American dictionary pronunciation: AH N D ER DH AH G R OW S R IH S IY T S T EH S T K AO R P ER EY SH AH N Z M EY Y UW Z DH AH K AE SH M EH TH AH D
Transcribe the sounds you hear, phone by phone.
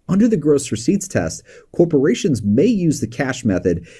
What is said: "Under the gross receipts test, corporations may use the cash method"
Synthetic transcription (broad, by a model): AH N D ER DH AH G R OW S R IH S IY T S T EH S T K AO R P ER EY SH AH N Z M EY Y UW Z DH AH K AE SH M EH TH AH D